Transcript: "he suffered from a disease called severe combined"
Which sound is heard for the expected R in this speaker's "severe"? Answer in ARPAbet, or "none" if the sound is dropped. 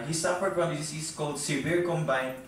R